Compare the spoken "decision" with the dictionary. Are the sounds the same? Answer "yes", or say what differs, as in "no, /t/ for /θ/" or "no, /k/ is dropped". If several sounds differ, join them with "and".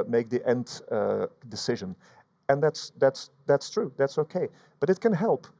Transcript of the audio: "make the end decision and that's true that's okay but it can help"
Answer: yes